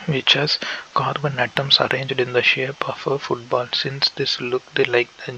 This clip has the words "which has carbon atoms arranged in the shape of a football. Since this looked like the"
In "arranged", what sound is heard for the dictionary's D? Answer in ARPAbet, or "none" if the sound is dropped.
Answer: D